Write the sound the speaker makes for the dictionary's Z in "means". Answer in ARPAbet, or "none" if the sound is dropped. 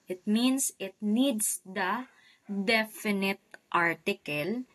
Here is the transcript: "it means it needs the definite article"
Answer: S